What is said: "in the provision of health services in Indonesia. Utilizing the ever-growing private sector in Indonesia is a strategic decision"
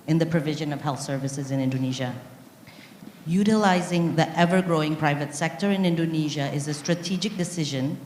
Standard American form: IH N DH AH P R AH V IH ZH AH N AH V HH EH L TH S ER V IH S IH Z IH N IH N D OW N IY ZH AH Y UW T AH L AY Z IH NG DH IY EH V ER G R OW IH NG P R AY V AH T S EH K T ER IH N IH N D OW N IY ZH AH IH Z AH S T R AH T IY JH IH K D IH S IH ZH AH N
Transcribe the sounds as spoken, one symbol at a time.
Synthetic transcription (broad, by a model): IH N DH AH P R AH V IH ZH AH N AH V HH EH L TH S ER V IH S IH Z IH N IH N D OW N IY ZH AH Y UW T AH L AY Z IH NG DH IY EH V ER G R OW IH NG P R AY V AH T S EH K T ER IH N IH N D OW N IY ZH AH IH Z AH S T R AH T IY JH IH K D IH S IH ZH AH N